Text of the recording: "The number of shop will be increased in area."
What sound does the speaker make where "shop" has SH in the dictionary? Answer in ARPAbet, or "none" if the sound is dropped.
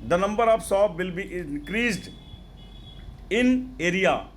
S